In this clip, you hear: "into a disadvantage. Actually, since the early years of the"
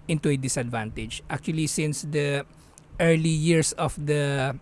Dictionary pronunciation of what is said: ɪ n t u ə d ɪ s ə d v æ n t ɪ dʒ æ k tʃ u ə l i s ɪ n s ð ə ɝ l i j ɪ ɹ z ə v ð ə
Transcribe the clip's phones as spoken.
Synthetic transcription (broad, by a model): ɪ n t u ə d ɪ s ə d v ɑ n t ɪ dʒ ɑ k tʃ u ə l i s ɪ n s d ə ɝ l i j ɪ ɹ s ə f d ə